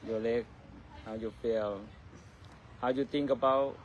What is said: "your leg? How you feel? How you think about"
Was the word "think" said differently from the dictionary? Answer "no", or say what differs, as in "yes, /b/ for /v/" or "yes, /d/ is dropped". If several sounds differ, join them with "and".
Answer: yes, /t/ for /θ/